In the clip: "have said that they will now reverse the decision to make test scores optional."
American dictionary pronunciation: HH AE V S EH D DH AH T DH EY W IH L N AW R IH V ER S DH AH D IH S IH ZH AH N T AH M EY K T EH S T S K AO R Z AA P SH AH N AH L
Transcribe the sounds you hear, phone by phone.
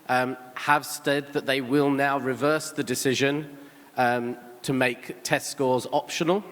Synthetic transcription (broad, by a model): HH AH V S EH D DH AH T DH EY W IH L N AW R IH V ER S DH AH D IH S IH ZH AH N T AH M EY K T EH S T S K AO Z AA P SH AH N AH L